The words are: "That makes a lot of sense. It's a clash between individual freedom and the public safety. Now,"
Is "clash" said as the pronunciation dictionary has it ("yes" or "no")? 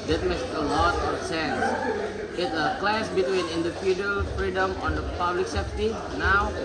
no